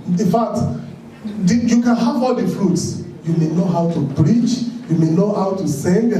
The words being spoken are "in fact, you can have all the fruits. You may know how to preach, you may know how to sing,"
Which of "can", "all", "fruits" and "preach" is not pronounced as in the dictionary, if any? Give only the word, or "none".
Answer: preach